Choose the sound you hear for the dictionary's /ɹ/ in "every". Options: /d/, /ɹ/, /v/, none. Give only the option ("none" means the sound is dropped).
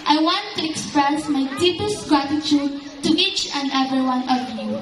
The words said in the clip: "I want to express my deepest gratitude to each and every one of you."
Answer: none